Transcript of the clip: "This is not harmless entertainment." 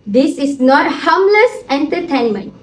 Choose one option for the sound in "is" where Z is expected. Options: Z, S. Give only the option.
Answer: S